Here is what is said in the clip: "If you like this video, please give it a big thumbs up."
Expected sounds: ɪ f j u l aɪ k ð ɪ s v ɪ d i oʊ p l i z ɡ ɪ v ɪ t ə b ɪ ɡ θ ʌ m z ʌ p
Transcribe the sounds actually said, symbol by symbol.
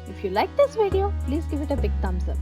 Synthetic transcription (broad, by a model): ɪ f j u l aɪ k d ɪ s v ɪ d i oʊ p l i z ɡ ɪ v ɪ t ə b ɪ ɡ t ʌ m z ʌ